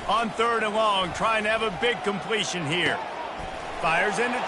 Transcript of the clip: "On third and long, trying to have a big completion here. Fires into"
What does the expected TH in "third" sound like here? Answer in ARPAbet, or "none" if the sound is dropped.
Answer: TH